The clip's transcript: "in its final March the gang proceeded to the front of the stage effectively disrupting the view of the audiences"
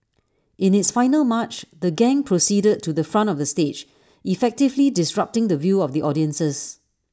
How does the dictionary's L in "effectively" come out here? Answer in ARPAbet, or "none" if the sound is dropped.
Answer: L